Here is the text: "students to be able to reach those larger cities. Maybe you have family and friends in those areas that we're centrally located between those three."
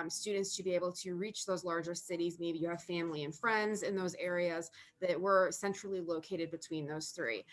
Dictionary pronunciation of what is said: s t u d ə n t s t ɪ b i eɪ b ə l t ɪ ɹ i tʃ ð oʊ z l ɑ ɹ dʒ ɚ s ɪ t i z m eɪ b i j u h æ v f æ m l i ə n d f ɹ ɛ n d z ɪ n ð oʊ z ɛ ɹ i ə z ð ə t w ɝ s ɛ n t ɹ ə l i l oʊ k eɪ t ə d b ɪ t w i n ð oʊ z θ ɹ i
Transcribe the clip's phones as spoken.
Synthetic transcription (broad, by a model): s t u d n t s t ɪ b i eɪ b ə l t ɪ ɹ i tʃ ð oʊ z l ɑ ɹ dʒ ɚ s ɪ t i z m eɪ b i j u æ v f æ m l i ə n f ɹ ɛ n d z ɪ n ð oʊ z ɛ ɹ i ə z ð ə t w ɝ s ɛ n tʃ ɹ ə l i l oʊ k eɪ t ə d b ɪ t w i n ð oʊ z θ ɹ i